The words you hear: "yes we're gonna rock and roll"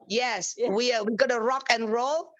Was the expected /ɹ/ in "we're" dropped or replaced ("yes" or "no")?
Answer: yes